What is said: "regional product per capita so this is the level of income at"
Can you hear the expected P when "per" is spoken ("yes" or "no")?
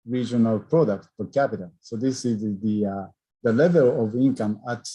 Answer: no